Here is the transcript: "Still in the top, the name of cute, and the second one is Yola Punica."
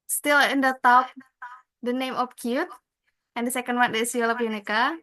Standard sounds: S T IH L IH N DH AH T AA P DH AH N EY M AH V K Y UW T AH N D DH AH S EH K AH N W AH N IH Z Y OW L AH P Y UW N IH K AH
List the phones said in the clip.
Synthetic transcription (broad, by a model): S T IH L IH N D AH T AA P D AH N EY M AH P K Y UW T AH N D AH S EH K AH N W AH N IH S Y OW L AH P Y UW N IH K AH